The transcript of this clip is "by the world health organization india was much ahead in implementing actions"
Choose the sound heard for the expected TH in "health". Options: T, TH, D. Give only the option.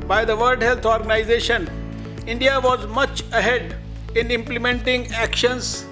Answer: T